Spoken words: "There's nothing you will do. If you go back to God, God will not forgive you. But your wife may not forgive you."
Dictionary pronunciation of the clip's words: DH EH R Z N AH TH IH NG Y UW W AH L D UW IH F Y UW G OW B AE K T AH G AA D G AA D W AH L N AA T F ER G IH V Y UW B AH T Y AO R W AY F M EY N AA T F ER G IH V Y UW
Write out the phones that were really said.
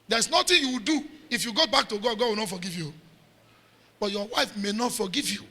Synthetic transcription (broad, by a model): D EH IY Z N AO T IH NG Y UW W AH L D UW IH F Y UW G OW B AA K T AH G AA D G AA D W AH L N AA T F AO G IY V Y UW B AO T Y AO W AY F M EY N AA T F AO G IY V Y UW